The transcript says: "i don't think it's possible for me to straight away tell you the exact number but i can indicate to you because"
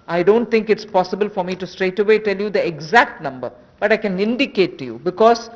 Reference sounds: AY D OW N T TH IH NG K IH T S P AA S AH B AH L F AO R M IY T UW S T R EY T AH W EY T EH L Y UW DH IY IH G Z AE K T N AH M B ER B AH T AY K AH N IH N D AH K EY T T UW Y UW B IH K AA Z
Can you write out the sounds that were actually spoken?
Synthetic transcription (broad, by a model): AY D OW N T T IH NG K IH T S P AA S AH B AH L F AO R M IY T UW S T R EY T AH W EY T EH L Y UW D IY IH G Z AE K T N AH M B ER B AH T AY K AH N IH N D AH K EY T T UW Y UW B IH K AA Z